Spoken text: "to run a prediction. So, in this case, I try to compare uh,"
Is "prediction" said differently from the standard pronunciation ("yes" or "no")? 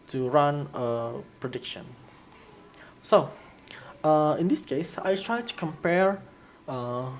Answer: no